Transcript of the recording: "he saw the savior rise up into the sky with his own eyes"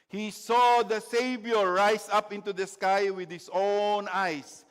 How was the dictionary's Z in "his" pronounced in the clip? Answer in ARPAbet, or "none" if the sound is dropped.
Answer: S